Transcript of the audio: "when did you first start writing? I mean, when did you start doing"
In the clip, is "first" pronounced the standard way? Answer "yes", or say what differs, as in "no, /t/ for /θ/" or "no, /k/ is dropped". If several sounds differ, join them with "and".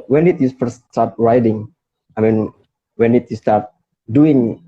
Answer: no, /s/ is dropped